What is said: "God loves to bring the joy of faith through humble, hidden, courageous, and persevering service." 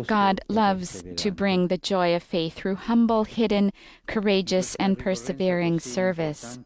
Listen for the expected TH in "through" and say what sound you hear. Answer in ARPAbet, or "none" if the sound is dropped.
TH